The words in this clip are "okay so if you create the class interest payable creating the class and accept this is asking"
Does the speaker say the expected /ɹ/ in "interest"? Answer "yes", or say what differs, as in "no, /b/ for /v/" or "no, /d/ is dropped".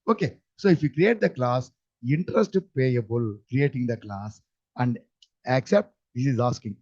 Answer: yes